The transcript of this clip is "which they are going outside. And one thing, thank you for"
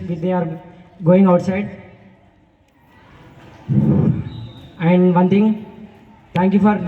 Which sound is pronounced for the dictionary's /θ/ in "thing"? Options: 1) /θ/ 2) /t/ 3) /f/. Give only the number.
2